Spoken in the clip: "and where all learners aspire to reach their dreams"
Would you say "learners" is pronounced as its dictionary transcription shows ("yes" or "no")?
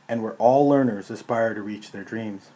yes